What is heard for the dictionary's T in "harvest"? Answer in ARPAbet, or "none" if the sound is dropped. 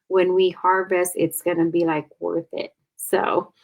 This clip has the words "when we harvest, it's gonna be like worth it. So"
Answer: none